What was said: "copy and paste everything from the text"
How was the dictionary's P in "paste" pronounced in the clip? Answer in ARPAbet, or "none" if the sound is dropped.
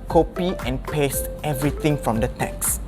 P